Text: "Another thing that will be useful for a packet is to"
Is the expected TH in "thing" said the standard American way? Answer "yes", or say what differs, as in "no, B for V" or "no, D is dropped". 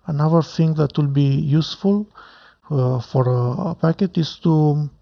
no, T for TH